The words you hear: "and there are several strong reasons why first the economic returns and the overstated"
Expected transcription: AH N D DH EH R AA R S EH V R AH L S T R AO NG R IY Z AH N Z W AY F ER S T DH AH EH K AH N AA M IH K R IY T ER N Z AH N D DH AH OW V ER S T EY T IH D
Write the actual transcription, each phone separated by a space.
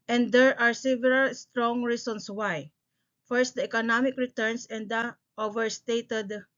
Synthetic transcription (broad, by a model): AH N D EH R AA R S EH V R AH L S T R AO NG R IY S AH N S W AY F ER S T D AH EH K AH N AA M IH K R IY T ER N S AH N D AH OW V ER S T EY T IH D